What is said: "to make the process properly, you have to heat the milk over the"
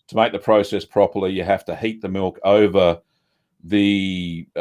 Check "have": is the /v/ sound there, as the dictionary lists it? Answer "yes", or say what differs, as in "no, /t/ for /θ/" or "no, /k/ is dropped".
no, /f/ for /v/